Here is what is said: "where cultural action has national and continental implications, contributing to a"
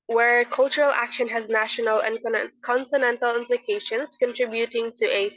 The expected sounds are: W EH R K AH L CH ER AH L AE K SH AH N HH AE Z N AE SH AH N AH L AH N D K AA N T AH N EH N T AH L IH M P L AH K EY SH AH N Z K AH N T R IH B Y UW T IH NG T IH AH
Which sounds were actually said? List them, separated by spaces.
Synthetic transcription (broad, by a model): W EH R K AH L CH ER AH L AE K SH AH N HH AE Z N AE SH AH N AH L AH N K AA N T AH N EH N T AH L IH M P L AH K EY SH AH N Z K AH N T R IH B Y UW T IH NG T IH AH